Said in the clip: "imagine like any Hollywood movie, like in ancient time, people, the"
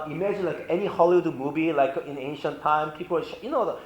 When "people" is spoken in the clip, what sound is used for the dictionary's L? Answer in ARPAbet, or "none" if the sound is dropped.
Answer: N